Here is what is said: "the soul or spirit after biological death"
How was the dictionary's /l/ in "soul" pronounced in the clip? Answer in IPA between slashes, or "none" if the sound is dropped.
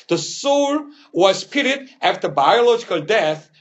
/w/